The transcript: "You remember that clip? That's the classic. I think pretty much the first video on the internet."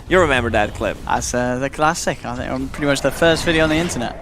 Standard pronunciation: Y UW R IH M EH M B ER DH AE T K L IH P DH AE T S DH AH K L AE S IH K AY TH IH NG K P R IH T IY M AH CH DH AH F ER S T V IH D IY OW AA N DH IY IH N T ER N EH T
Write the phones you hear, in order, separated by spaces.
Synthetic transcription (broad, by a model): Y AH R IH M EH M B ER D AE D K L IH P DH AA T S DH AH K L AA S IH K AY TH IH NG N P R IH T IY M AH CH DH AH F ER S T V IH D IY OW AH N DH IY IH N T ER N EH T